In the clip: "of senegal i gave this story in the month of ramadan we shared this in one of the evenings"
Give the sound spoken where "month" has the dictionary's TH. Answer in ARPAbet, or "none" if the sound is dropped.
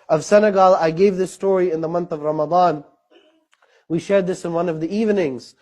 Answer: TH